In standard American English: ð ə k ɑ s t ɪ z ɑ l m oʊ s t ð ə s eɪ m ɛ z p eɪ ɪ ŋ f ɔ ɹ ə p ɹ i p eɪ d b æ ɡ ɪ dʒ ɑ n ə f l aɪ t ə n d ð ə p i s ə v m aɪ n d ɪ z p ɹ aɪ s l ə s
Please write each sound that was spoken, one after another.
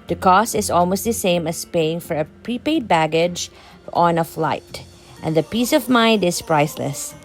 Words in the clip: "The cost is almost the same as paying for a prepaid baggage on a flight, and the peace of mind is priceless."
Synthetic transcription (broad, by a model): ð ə k ɑ s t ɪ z ɑ l m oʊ s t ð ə s eɪ m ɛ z p eɪ ɪ ŋ f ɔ ɹ ə p ɹ i p eɪ d b æ ɡ ɪ dʒ ɑ n ə f l aɪ t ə n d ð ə p i s ə v m aɪ n d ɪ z p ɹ aɪ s l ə s